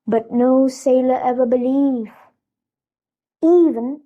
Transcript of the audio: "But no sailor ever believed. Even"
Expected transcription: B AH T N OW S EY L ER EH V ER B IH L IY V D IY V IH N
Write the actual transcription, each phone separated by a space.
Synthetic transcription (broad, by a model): B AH T N OW S EY L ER EH V ER B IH L IY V IY V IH N